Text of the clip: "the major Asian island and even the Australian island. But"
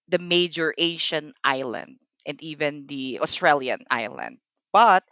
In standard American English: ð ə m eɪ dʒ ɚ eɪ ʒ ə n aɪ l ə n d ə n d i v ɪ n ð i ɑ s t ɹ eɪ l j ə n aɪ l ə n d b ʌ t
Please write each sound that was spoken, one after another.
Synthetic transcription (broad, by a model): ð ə m eɪ dʒ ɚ eɪ ʃ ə n aɪ l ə n d ə n d i v ɪ n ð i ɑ s t ɹ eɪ l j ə n aɪ l ə n d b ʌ t